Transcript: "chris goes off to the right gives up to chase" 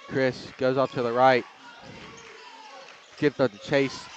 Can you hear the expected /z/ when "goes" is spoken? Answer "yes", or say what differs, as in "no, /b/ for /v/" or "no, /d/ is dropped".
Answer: yes